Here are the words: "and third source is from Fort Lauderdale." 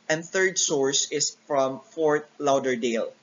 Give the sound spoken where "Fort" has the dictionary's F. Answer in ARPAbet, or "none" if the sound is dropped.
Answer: F